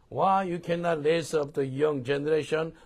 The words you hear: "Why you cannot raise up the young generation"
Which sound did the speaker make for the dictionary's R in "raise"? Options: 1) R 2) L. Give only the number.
2